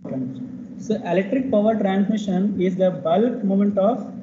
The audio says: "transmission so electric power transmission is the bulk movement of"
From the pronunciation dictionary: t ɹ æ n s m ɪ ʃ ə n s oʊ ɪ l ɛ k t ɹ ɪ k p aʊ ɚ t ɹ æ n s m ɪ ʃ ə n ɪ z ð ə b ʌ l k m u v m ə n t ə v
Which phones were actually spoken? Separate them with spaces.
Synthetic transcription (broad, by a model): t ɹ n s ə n ɪ l ɛ k t ɹ ɪ k p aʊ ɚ t ɹ æ n s m ɪ ʃ ə n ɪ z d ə b ʌ l k m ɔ m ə n t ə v